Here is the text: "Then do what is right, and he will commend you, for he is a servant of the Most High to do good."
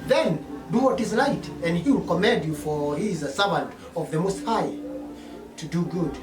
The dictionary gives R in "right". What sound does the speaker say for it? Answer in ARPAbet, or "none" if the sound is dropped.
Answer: L